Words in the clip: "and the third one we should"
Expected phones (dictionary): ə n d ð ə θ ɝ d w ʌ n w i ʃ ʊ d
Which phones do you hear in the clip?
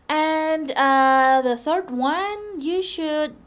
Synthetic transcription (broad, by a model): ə n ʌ ð ə θ ɝ d w ʌ n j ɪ ʃ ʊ d